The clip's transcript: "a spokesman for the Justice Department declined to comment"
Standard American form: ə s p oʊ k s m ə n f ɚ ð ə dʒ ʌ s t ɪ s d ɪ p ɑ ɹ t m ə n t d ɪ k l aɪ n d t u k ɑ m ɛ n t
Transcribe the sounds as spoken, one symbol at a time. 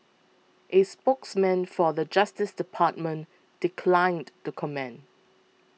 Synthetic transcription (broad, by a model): ə s p oʊ k s m ə n f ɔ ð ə dʒ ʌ s t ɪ s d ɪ p ɑ t m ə n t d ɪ k l aɪ n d t u k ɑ m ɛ n